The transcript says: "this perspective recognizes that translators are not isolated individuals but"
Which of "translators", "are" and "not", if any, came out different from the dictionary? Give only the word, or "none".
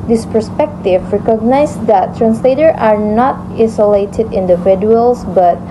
translators